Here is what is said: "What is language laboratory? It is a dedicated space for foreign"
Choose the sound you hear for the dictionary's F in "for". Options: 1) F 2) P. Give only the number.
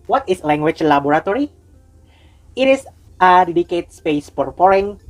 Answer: 2